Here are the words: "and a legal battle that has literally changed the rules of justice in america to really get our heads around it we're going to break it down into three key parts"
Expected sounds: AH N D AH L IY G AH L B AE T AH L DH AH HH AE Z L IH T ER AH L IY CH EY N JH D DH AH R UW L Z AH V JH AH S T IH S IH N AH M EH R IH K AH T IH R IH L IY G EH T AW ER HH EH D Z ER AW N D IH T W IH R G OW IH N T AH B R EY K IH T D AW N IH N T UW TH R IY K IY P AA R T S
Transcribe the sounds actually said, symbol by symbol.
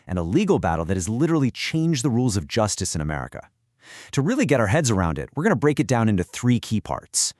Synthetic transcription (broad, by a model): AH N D AH L IY G L B AE T L DH AH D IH Z L IH T ER L IY CH EY N JH DH AH R UW L Z AH V JH AH S T IH S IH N AH M EH R IH K AH T IH R IH L IY G EH T AW ER HH EH D Z ER AW N D IH T W IH R G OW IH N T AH B R EY K IH T D AW N IH N T UW TH R IY K IY P AA R T S